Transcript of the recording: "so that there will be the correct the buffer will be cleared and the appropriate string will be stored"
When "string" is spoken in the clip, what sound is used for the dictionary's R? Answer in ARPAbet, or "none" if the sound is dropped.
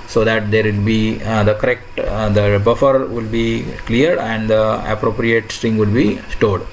R